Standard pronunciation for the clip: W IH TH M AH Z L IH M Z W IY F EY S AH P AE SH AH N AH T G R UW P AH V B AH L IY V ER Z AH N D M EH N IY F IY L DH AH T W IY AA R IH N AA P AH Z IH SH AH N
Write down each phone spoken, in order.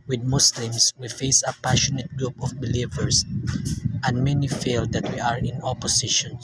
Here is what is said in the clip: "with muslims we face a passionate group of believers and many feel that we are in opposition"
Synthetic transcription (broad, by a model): W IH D M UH S L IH M S W IY F EY S AH P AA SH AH N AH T G R UW P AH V B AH L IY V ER S AH N D M EH N IY F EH L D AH T W IY AA R IH N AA P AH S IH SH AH N